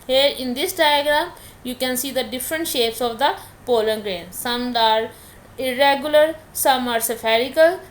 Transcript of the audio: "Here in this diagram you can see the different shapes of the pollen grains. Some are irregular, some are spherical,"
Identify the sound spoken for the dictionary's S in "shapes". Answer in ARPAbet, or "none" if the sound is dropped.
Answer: S